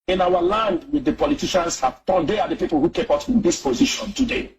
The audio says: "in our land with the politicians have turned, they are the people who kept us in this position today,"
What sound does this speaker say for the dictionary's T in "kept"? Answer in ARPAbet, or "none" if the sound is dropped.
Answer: none